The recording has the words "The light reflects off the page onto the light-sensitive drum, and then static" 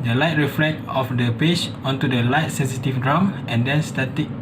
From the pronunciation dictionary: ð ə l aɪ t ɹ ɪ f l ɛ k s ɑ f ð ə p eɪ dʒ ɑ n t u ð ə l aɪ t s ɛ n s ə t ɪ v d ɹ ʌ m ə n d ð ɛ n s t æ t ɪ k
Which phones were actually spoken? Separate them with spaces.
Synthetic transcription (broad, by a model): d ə l aɪ t ɹ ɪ f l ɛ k ɑ f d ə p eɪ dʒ ɑ n t u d ə l aɪ t s ɛ n s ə t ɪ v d ɹ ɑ m ə n d ɛ n s t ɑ t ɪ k